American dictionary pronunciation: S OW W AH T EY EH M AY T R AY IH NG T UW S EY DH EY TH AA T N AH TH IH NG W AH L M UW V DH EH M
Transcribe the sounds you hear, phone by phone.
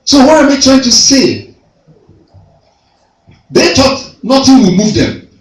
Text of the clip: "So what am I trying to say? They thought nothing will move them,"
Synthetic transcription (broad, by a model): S OW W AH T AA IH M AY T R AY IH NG T UW S EY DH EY T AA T N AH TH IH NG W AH M UW V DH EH M